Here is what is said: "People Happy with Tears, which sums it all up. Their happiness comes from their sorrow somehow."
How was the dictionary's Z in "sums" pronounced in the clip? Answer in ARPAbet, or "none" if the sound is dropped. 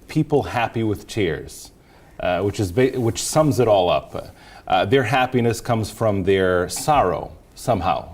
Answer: Z